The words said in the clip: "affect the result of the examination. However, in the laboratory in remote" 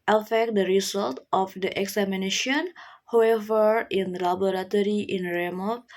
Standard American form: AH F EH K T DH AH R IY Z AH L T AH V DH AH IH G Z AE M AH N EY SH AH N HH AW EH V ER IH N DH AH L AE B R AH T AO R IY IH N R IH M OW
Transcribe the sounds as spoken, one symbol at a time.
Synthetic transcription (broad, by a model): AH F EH K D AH R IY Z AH L T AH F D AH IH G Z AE M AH N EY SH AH N HH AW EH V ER IH N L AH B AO R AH T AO R IY IH N R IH M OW